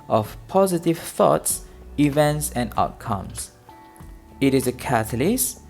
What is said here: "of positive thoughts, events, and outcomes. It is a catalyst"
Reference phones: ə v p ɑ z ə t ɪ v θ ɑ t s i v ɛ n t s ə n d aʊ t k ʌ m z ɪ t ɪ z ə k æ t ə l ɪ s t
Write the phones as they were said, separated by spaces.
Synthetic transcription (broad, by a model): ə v p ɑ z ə t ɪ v θ ɑ t s i v ɛ n t s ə n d aʊ t k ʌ m s ɪ t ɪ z ə k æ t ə l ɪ s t